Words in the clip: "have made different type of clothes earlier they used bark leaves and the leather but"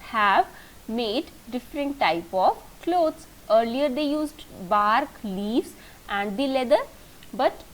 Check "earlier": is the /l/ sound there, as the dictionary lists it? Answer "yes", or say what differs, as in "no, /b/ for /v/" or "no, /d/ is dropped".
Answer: yes